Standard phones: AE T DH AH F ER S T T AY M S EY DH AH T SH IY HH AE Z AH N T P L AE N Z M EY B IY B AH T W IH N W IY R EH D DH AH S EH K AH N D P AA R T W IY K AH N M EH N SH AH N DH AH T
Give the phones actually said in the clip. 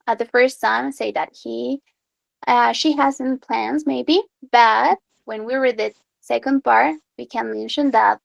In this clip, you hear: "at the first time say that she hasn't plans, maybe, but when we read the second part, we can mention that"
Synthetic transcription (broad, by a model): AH DH AH F ER S T S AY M S EY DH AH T SH IY HH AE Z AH N P L AE N Z M EY B IY B AH T W IH N W IY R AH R DH AH S EH K AH N D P AA R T W IY K AH N M EH N SH AH N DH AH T